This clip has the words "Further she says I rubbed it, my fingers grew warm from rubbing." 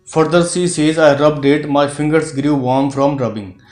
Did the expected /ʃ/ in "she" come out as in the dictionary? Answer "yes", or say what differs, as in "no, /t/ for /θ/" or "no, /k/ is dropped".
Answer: no, /s/ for /ʃ/